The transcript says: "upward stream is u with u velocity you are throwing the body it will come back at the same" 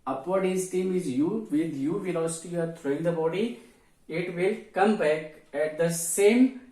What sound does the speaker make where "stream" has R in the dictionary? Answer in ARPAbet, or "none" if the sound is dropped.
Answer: none